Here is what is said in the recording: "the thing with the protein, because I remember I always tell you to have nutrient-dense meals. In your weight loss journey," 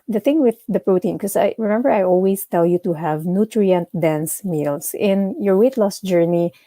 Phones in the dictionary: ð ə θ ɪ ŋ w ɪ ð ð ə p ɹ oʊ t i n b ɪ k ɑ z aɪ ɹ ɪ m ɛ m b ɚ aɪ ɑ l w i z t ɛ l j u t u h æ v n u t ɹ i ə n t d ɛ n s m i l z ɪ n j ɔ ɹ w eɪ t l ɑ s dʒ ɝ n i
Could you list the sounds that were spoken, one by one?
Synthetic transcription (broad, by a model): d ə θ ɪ ŋ w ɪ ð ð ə p ɹ oʊ t i n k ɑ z aɪ ɹ ɪ m ɛ m b ɚ aɪ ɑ l w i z t ɛ l j u t u h æ v n u t ɹ i ə n t d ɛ n s m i l s ɪ n j ɔ ɹ w eɪ t l ɑ s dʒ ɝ n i